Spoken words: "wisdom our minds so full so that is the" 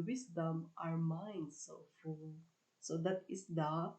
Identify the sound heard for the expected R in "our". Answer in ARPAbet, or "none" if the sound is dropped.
R